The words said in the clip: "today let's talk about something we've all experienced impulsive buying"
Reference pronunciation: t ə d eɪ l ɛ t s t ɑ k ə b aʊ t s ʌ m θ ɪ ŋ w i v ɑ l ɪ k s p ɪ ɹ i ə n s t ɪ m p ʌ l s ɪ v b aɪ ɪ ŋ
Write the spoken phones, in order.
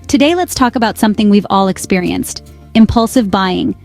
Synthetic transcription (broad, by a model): t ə d eɪ l ɛ t s t ɑ k ə b aʊ t s ʌ m θ ɪ ŋ w i v ɑ l ɪ k s p ɪ ɹ i ə n s t ɪ m p ʌ l s ɪ v b aɪ ɪ ŋ